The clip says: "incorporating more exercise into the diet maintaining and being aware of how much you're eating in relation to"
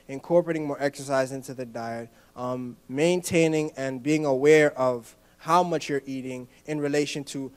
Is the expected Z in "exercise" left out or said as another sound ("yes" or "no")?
no